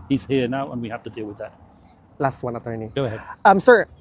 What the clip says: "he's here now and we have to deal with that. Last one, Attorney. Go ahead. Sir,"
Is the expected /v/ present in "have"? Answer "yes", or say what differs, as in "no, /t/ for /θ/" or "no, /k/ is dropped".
no, /f/ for /v/